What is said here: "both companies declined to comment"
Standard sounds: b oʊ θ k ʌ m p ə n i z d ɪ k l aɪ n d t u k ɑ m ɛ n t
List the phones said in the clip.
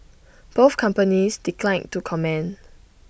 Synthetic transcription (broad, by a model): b oʊ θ k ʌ m p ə n i s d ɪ k l aɪ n t u k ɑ m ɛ n